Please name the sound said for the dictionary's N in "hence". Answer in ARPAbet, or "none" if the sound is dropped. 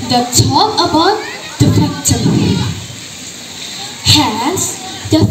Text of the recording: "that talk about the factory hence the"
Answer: none